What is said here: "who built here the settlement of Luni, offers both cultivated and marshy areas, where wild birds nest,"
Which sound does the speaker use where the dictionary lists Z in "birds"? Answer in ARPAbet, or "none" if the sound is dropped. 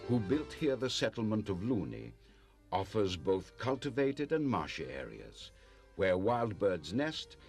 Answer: Z